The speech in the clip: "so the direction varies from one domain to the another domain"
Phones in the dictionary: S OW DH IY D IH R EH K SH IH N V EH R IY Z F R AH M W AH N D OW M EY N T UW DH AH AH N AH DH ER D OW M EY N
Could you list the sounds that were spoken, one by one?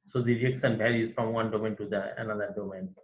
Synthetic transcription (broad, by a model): S OW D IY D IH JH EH K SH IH N B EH R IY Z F R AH M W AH N D OW M EY N T UW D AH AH N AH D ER D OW M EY N